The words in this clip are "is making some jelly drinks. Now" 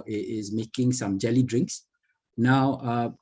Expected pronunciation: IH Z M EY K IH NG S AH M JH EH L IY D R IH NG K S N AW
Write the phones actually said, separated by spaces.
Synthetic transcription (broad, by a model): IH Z M EY K IH NG S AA M JH EH L IY D R IH NG K S N AW